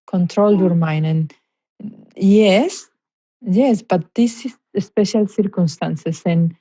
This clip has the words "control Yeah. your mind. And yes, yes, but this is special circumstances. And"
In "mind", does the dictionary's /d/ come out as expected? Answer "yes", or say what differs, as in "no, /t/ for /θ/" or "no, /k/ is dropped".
no, /d/ is dropped